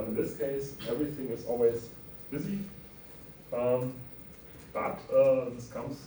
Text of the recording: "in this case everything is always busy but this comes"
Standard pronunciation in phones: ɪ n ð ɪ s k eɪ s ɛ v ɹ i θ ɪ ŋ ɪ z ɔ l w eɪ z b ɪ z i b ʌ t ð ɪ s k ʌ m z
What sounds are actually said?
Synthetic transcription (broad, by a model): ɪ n ð ɪ s k eɪ s ɛ v ɹ i θ ɪ ŋ ɪ z ɔ l w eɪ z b ɪ z i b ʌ t ð ɪ s k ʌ m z